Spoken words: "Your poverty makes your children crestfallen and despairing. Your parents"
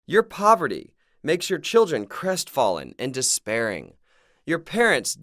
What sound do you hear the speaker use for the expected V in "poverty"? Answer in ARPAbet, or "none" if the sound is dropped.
V